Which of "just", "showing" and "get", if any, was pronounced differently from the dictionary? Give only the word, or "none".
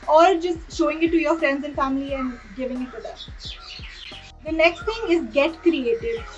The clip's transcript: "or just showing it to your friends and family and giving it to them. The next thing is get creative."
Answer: none